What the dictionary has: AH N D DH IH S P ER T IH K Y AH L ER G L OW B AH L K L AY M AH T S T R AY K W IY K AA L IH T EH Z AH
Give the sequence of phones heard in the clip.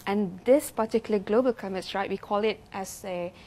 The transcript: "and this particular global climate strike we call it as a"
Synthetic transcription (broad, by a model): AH N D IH S P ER T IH K Y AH L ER G L OW B AH L K AY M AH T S R AY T W IY K AA L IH T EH S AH